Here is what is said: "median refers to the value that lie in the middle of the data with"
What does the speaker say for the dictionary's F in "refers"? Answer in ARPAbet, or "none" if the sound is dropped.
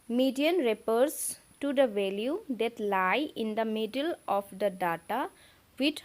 P